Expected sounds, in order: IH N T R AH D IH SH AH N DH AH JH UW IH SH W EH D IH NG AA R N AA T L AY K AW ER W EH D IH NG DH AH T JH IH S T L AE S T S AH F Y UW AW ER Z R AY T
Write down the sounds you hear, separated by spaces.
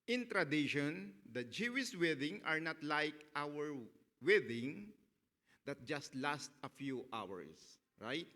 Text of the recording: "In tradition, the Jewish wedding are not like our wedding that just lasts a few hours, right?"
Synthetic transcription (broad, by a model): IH N T R AH D IH SH AH N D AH JH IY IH S W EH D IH NG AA R N AA T L AY K AW ER W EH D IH NG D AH T JH IH S T L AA S T AH F Y UW AW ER S R AY T